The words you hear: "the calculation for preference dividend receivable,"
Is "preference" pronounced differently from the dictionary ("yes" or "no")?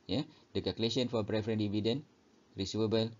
yes